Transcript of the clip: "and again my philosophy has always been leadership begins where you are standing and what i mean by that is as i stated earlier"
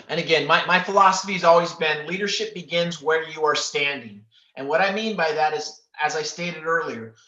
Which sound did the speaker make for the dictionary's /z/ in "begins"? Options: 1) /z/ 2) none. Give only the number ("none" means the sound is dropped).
1